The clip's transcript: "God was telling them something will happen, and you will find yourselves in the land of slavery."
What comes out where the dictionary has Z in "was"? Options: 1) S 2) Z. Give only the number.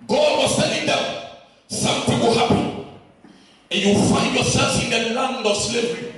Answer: 1